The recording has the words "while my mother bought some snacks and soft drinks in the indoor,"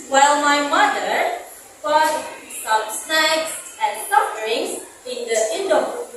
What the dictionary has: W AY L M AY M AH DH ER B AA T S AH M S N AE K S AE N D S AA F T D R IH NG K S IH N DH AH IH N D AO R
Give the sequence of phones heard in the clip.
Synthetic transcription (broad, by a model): W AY L M AY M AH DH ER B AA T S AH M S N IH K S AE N S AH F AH R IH NG S IH N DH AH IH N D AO